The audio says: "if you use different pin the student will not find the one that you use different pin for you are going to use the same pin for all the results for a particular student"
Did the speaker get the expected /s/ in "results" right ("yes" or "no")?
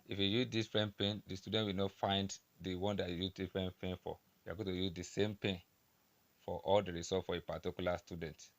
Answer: no